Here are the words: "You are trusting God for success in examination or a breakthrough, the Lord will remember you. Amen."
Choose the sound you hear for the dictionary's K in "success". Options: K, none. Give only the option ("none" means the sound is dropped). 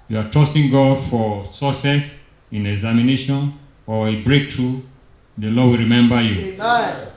none